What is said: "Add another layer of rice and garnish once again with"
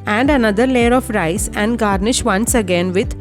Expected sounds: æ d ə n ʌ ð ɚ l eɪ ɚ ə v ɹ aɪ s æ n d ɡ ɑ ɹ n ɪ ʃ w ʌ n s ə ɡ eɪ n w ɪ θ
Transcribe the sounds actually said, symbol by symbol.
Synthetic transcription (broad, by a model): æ d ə n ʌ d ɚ l eɪ ɚ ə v ɹ aɪ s æ n d ɡ ɑ ɹ n ɪ ʃ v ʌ n s ə ɡ eɪ n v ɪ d